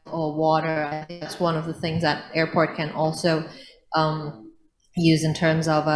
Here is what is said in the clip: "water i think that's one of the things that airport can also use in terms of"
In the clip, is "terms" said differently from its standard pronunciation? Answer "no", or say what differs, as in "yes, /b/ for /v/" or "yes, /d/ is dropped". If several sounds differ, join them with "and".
no